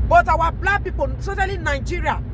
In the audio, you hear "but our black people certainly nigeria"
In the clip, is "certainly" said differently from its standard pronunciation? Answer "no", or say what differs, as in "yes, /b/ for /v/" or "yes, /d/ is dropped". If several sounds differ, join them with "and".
yes, /n/ is dropped